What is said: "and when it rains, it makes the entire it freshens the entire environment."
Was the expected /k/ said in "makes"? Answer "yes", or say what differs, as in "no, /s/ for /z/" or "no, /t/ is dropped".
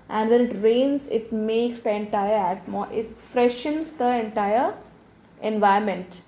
yes